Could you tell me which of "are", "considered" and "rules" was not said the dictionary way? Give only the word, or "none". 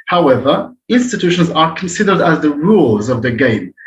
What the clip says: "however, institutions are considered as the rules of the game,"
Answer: none